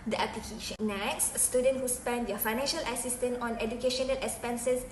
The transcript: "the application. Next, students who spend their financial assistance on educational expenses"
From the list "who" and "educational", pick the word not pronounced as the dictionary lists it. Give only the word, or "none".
none